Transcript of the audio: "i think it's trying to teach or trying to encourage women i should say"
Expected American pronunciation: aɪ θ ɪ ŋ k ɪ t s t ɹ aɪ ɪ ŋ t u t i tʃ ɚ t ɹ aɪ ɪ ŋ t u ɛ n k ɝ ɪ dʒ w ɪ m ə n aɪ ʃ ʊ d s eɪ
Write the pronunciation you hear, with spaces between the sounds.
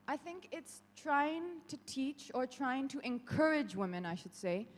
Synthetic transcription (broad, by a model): aɪ θ ɪ ŋ k ɪ t s t ɹ aɪ ɪ ŋ t u t i tʃ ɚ t ɹ aɪ ɪ ŋ t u ɛ n k ɝ ɪ dʒ w ɪ m ə n aɪ ʃ ʊ d s eɪ